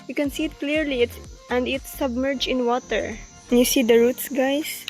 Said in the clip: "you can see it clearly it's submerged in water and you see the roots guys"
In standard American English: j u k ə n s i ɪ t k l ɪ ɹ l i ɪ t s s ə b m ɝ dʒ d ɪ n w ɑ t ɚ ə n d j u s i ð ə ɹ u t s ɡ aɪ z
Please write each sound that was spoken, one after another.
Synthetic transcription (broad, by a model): j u k ə n s i ɪ t k l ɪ ɹ l i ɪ t s s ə b m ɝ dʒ ɪ n w ɑ t ɚ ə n j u s i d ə ɹ u t s ɡ aɪ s